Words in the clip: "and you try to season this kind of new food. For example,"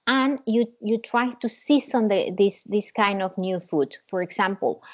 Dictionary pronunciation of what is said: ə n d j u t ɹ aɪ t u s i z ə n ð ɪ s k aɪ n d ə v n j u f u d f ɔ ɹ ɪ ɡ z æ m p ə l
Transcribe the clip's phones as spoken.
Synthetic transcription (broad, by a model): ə n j j u t ɹ aɪ t u s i s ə n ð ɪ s k aɪ n d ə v n j u f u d f ɔ ɹ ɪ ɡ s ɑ m p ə l